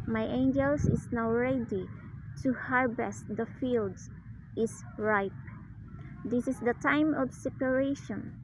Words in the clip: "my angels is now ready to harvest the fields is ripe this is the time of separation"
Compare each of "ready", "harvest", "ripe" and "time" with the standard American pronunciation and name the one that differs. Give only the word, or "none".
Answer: harvest